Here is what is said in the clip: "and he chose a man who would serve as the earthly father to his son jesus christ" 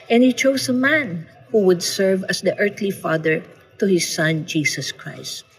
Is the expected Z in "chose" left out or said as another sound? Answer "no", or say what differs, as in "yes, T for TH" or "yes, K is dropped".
yes, S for Z